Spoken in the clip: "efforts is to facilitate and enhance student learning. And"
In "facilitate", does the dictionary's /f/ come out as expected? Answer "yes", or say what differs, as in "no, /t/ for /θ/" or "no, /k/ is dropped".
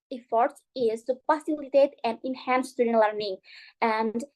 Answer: no, /p/ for /f/